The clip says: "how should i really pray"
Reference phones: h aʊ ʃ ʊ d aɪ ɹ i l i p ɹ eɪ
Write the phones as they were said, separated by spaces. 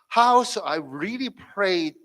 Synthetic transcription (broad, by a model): h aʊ s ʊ aɪ ɹ i l i p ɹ eɪ